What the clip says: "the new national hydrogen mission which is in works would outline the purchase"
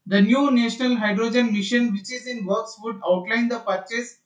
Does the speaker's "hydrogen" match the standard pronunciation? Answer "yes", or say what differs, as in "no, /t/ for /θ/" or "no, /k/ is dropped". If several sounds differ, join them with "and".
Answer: yes